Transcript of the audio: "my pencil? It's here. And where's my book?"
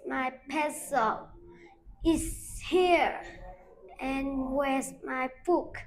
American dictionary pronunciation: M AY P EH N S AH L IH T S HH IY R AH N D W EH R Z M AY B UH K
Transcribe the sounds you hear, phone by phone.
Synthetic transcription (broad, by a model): M AY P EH S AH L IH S HH IY R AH N W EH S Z M AY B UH K